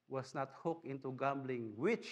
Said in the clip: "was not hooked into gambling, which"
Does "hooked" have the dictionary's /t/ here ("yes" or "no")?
no